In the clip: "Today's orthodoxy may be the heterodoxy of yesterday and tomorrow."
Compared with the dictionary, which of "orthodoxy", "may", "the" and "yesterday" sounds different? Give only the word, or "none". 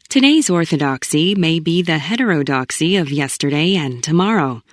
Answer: none